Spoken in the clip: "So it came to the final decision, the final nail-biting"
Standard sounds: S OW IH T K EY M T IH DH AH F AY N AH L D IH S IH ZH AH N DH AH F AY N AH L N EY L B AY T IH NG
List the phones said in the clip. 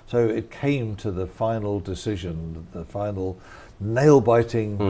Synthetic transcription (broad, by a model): S OW IH T K EY M T IH DH AH F AY N L D IH S IH ZH AH N DH AH F AY N L N EY L B AY T IH NG